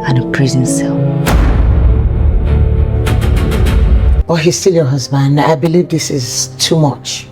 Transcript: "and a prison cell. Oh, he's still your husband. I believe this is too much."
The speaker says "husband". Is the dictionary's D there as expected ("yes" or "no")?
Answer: yes